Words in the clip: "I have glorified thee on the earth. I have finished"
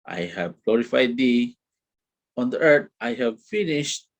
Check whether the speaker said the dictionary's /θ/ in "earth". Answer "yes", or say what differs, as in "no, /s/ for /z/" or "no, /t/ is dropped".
no, /t/ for /θ/